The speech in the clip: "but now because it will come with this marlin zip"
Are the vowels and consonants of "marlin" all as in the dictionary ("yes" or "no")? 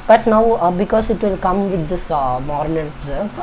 no